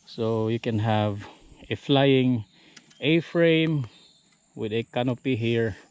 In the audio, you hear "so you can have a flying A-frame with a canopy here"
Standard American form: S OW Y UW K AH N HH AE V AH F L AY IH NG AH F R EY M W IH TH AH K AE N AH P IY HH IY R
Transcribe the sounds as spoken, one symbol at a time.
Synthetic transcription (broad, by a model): S OW Y UW K AH N HH AE V AH F L AY IH NG AH F R EY M W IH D AH K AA N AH P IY HH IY R